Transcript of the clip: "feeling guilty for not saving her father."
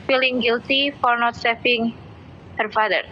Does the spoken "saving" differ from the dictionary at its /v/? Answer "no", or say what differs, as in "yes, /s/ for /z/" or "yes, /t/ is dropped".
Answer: yes, /f/ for /v/